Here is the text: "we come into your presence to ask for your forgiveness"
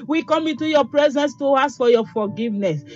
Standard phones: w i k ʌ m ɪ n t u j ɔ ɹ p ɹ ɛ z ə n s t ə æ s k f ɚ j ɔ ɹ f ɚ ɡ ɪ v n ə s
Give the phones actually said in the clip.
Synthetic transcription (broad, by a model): w i k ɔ m ɪ n t u j ɔ p ɹ ɛ z ə n s t ə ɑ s f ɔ j ɔ f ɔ ɡ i v n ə s